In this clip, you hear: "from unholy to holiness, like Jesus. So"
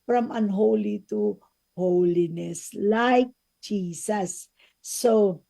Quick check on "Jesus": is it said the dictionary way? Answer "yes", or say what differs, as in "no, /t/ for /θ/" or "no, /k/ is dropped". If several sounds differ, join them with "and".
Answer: no, /s/ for /z/